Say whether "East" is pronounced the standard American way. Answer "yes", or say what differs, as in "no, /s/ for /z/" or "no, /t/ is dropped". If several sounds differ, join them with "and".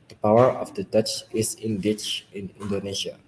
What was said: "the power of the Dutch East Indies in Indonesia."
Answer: no, /t/ is dropped